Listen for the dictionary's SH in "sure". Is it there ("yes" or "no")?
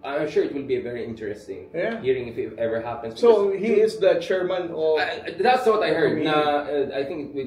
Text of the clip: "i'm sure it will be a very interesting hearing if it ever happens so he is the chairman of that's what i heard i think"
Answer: yes